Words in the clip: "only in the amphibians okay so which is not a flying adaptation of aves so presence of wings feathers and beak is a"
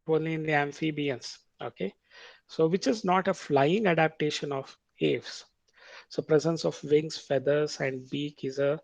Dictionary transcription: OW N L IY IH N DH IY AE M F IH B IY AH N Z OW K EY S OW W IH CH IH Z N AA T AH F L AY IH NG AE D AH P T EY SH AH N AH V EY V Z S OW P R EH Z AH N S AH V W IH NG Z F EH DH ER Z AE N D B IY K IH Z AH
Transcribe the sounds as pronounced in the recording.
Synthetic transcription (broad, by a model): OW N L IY IH N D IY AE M F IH B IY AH N S OW K EY S OW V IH CH IH Z N AA T AH F L AY IH NG AE D AH P T EY SH AH N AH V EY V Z S OW P R EH Z AH N S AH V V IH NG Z F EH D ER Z AE N D B IY K IH Z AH